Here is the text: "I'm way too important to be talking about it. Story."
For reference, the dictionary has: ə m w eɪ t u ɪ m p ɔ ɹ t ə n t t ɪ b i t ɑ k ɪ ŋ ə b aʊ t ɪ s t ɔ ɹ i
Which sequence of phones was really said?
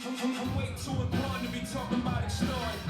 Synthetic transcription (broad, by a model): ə w eɪ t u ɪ p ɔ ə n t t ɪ b i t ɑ k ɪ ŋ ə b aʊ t ɪ s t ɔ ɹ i